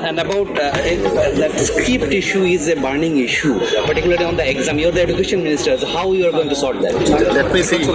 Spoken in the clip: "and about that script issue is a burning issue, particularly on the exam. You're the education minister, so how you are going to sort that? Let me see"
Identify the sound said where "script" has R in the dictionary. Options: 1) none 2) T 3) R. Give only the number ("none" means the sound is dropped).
1